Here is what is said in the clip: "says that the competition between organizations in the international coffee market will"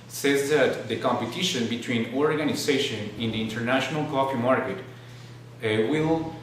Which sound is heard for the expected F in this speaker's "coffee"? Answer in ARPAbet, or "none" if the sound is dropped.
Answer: P